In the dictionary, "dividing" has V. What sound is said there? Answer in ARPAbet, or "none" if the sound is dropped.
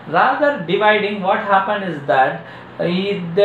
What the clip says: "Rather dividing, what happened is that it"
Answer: V